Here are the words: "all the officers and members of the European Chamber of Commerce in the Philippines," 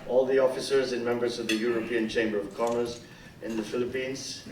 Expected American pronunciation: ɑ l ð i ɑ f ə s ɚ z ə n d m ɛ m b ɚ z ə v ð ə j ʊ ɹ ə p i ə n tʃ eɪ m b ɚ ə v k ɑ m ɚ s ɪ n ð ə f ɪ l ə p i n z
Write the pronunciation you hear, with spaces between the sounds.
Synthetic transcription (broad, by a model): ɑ l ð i ɑ f ə s ɚ z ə n m ɛ m b ɚ z ə v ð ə j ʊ ɹ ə p i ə n tʃ eɪ m b ɚ ə v k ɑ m ɚ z ɪ n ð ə f ɪ l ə p i n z